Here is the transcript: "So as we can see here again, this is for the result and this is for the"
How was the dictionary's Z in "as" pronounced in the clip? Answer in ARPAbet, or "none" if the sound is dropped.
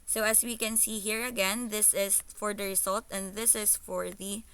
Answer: S